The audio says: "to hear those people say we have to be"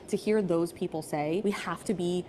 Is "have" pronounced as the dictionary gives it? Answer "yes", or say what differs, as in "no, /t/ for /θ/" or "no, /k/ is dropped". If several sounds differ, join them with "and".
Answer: no, /f/ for /v/